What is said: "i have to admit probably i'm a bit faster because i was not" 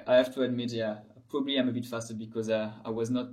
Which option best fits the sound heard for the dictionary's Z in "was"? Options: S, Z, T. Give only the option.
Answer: Z